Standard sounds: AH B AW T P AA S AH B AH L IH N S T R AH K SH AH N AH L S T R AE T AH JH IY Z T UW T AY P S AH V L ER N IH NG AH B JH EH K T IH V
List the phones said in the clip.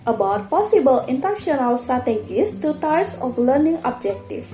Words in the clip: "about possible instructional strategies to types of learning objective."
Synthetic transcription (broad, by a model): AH B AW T P AA S AH B AH L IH N T AH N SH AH N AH L S T R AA T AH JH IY S T UW T AY P S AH F L ER N IH NG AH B JH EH K T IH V